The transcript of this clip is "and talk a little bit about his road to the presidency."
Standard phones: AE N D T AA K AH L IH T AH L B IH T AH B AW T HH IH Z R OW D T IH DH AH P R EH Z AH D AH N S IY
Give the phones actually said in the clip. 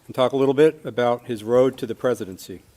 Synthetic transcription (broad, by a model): N T AA K AH L IH T L B IH T AH B AW T HH IH Z R OW D T IH DH AH P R EH Z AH D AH N S IY